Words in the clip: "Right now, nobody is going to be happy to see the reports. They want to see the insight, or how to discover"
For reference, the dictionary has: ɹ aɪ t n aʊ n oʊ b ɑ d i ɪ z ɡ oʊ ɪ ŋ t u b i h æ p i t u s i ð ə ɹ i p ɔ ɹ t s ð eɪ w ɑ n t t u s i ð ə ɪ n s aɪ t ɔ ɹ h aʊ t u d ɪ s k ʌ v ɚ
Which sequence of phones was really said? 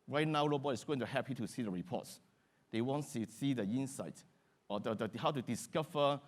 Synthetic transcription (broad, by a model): ɹ aɪ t n aʊ l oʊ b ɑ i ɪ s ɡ oʊ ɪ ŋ t u h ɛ p i t u s i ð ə ɹ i p ɔ t s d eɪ w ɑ n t t u s i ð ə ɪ n s aɪ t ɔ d h aʊ t u d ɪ s k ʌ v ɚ